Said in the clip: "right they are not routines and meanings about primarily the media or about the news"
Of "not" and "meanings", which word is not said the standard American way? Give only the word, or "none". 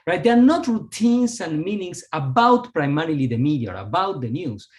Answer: meanings